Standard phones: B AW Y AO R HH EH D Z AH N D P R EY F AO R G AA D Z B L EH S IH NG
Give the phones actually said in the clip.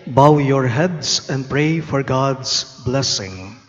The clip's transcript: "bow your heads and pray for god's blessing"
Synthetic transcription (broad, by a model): B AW Y AO R HH EH D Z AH N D P R EY F AO R G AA D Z B L EH S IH NG